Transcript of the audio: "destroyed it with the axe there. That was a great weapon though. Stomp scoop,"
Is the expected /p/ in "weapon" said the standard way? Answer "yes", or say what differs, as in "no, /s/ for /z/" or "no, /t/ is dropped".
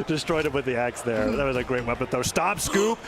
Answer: no, /b/ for /p/